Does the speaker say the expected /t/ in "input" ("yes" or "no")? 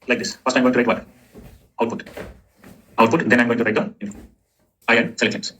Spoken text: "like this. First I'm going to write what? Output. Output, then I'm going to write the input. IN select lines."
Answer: no